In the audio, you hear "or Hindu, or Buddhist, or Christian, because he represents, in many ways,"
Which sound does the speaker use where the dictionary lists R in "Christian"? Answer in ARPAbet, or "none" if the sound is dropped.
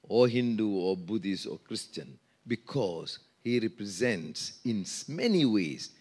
R